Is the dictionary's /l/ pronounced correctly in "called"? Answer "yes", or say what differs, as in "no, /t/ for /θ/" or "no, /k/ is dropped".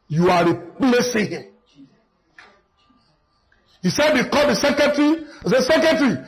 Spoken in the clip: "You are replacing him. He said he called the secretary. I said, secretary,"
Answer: no, /l/ is dropped